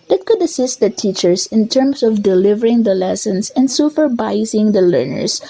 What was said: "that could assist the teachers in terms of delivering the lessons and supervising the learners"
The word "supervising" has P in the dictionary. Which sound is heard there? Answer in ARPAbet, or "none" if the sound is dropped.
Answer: F